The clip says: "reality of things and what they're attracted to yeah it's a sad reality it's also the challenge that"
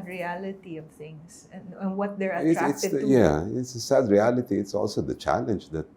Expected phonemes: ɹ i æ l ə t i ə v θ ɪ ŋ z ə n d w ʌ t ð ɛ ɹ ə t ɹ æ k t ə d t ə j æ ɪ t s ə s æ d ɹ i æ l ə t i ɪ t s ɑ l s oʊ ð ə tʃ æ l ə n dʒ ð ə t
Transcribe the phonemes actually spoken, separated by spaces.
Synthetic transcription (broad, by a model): ɹ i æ l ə t i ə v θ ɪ ŋ s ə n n w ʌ t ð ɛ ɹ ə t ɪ t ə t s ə j æ ɪ t s ə s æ d ɹ i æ l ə t i ɪ t s ɑ l s oʊ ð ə tʃ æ l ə n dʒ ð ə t